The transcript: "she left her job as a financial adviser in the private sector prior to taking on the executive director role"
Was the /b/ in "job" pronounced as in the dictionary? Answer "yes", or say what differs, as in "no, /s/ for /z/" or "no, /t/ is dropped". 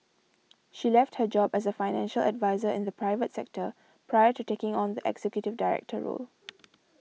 yes